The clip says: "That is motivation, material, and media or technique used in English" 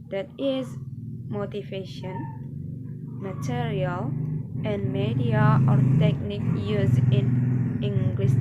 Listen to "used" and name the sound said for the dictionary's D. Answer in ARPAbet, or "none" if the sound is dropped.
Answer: none